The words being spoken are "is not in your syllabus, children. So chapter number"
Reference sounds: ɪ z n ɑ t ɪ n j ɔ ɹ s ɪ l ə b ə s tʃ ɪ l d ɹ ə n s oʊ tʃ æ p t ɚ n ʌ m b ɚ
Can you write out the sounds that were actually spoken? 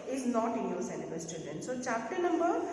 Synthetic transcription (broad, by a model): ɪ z n ɑ t ɪ n j ɔ ɹ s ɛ n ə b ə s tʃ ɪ d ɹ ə n s oʊ tʃ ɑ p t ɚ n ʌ m b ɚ